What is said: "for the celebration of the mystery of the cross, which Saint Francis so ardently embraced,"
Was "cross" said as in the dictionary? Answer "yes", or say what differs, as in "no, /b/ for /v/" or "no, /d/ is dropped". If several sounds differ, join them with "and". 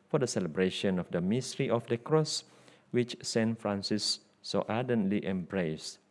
yes